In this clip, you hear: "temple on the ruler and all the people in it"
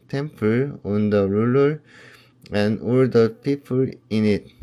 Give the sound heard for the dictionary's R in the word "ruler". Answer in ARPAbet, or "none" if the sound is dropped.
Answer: R